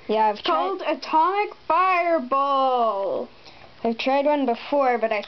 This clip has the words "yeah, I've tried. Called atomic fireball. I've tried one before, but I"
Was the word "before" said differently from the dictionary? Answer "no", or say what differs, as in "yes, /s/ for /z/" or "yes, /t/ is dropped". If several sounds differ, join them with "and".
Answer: no